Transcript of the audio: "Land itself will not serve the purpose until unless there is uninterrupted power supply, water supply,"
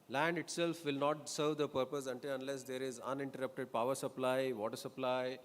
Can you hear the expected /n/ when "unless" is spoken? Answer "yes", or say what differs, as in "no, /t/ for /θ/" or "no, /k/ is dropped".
yes